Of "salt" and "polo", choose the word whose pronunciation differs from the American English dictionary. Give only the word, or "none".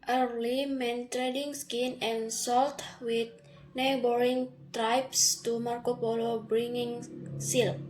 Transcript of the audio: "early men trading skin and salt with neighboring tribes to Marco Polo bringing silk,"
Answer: none